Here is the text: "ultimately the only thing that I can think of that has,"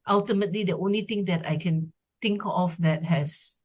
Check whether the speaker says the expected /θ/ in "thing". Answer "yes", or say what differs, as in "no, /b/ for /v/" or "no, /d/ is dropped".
no, /t/ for /θ/